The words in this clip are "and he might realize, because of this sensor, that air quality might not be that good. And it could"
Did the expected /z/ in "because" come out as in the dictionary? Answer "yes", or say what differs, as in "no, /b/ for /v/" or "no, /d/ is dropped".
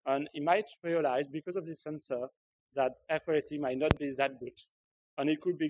yes